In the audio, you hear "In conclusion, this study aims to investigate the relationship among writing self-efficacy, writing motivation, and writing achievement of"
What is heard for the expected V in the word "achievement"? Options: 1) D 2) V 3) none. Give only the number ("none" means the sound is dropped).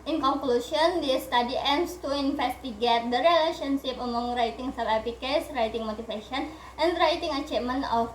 3